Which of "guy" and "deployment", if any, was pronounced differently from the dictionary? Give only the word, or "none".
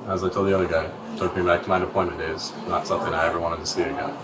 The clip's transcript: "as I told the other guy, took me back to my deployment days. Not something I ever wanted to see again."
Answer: deployment